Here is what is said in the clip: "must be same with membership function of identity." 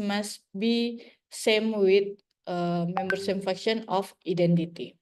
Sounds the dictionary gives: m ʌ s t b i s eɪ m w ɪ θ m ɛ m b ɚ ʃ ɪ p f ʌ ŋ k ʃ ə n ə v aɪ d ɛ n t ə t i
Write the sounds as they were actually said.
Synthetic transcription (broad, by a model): m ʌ s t b i s eɪ m w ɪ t m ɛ m b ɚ s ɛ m f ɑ k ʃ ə n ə f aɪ d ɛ n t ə t i